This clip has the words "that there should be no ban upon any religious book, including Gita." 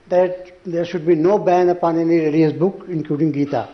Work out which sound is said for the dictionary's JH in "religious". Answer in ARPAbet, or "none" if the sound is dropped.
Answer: none